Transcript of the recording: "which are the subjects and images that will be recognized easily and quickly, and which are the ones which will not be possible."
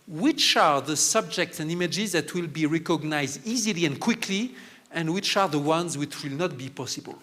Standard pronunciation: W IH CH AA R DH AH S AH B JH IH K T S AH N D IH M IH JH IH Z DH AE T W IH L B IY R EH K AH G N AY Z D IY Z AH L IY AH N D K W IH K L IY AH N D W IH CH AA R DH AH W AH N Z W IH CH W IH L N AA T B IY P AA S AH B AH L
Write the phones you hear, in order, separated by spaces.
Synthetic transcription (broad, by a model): W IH CH AA R DH AH S AH B JH IH K T S AH N D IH M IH JH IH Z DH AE T W IH L B IY R EH K AH G N AY Z D IY Z AH L IY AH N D K W IH K L IY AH N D W IH CH AA R DH AH W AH N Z W IH CH W IH L N AA T B IY P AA S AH B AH L